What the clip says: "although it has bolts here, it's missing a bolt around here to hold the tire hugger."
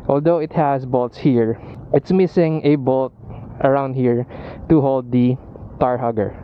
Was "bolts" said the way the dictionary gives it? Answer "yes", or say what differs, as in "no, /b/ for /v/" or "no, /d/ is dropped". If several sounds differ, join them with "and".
yes